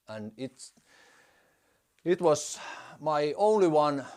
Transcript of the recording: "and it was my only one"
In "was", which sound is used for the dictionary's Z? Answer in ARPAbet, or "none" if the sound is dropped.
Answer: S